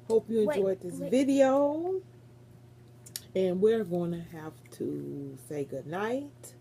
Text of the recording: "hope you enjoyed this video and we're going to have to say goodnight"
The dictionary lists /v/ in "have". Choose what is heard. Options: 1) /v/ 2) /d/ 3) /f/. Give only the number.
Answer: 3